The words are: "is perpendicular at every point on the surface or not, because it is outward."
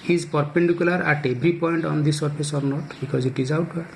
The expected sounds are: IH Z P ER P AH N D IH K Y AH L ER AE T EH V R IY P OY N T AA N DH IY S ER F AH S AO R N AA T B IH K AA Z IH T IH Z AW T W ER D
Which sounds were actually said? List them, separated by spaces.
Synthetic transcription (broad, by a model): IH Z P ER P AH N D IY K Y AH L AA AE T EH B R IY P OY N T AA N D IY S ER P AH S AO R N AA T B IH K AA Z IH T IH Z AW T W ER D